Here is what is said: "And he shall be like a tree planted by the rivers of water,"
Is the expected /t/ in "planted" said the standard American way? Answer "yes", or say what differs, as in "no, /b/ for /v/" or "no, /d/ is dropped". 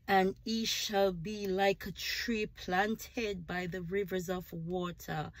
yes